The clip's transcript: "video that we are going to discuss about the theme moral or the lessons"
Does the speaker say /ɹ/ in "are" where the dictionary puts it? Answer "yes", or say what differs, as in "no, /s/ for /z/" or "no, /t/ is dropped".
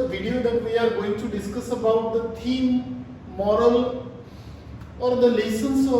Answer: yes